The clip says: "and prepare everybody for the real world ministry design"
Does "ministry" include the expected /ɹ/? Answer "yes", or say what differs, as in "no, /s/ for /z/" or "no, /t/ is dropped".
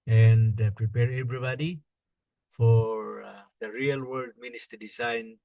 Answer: no, /ɹ/ is dropped